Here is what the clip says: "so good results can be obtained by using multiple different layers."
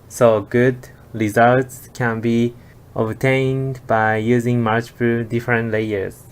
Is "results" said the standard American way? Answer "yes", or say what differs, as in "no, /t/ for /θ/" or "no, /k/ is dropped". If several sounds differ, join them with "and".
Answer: yes